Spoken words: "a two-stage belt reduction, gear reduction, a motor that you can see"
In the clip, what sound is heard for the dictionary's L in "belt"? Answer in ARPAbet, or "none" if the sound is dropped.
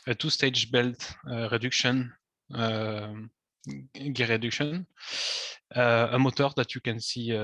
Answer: L